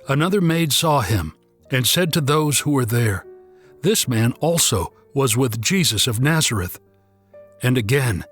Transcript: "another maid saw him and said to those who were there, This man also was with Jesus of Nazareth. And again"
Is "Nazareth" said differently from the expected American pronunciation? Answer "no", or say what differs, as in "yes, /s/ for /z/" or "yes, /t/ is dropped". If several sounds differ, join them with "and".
no